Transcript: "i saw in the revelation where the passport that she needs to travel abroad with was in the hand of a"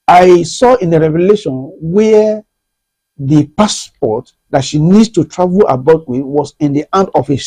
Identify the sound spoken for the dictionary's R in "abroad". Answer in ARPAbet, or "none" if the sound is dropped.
none